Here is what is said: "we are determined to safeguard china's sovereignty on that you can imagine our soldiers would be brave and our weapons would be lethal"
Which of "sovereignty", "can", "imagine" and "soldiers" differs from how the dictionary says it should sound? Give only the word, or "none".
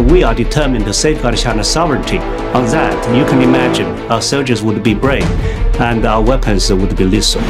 none